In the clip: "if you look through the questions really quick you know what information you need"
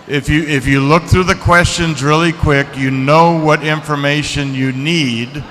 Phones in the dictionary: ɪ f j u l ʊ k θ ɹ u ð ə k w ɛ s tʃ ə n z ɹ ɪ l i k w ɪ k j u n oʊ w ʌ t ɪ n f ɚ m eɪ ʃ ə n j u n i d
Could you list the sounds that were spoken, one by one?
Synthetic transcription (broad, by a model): ɪ f j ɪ l ʊ k θ ɹ u ð ə k w ɛ s tʃ ə n z ɹ ɪ l i k w ɪ k j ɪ n oʊ w ʌ t ɪ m f ɚ m eɪ ʃ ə n j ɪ n i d